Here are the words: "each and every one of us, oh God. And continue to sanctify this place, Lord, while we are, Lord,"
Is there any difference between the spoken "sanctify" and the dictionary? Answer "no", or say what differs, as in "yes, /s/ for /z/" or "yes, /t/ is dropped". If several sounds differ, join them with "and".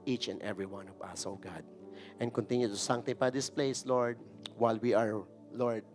yes, /k/ is dropped and /p/ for /f/